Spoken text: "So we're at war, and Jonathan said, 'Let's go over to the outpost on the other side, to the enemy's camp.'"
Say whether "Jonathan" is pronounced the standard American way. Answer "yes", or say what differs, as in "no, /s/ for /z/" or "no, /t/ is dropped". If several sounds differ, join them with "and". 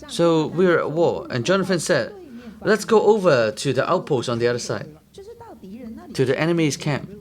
no, /f/ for /θ/